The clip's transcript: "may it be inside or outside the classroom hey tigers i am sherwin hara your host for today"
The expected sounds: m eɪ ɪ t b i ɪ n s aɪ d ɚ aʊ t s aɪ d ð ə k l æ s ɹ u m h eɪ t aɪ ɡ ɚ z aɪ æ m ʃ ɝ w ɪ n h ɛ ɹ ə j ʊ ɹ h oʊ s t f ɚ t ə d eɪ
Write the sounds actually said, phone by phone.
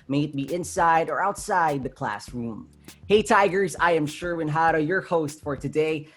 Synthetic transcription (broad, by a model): m eɪ ɪ t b i ɪ n s aɪ d ɚ aʊ t s aɪ d ð ə k l æ s ɹ u m h eɪ t aɪ ɡ ɚ z aɪ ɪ m ʃ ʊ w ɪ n h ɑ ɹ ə j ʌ ɹ h oʊ s t f ɚ t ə d eɪ